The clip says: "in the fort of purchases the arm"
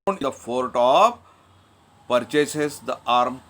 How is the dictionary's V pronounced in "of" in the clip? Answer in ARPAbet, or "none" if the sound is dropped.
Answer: P